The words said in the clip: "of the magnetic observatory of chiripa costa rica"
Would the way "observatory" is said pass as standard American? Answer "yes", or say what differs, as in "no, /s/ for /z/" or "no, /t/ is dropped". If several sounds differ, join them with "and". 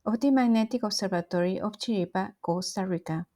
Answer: no, /s/ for /z/ and /b/ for /v/